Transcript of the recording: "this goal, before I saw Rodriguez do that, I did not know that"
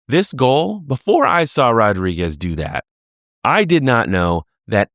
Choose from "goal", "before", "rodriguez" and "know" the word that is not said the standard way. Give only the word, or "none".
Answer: none